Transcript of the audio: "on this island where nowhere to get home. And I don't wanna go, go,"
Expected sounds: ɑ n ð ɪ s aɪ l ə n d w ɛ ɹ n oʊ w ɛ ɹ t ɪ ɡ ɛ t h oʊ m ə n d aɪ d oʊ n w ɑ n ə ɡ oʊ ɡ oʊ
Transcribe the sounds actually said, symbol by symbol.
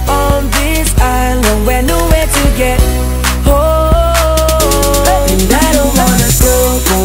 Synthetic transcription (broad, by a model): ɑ n ð ɪ s aɪ l ə n d w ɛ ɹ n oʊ w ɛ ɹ t ɪ ɡ ɛ t h oʊ ə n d aɪ d oʊ n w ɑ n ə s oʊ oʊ